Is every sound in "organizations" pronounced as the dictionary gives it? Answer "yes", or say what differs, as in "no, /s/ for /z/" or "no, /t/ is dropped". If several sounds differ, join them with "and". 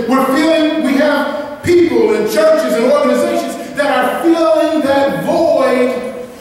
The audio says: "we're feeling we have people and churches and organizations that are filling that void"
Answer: yes